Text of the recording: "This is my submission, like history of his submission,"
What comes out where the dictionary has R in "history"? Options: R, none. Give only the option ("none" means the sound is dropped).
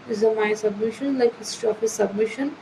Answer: none